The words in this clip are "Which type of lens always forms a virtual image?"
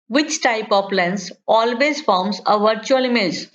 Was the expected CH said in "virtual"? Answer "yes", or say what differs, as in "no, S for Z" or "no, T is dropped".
yes